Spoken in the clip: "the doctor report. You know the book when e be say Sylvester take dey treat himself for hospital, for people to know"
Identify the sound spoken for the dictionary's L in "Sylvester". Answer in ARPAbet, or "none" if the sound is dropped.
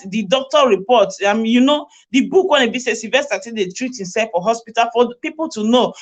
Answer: none